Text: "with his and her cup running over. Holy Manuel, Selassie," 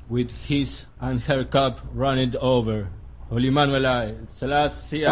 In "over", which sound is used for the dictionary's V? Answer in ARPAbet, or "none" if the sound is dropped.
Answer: V